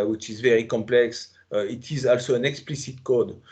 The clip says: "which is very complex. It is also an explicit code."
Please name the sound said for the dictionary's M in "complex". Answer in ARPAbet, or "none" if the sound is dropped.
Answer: M